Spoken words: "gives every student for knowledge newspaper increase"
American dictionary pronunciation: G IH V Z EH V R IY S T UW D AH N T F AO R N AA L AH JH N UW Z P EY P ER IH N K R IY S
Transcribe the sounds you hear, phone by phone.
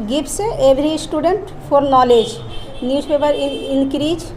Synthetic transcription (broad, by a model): G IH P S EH B R IY S T UW D AH N T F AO R N AA L AH JH N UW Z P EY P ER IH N K R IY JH